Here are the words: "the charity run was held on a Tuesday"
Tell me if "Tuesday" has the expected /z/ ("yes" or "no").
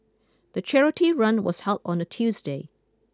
yes